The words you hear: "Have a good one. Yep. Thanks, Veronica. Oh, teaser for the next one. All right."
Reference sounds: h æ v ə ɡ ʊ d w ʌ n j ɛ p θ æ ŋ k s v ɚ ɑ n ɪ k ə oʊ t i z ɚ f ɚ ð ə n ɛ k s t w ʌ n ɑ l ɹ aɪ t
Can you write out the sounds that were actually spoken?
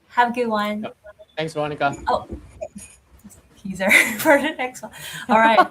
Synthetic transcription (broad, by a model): h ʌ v ə ɡ ʊ d w ʌ n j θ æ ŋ s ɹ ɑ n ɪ k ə oʊ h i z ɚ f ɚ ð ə n ɛ k s t w ʌ n ɑ l ɹ aɪ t